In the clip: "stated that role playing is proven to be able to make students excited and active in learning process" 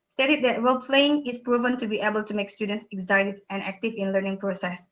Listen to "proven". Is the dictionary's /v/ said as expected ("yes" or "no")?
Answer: yes